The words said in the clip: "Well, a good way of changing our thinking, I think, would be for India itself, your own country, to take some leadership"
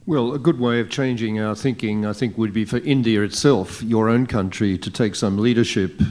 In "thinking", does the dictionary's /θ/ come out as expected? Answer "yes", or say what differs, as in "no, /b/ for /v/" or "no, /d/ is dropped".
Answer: yes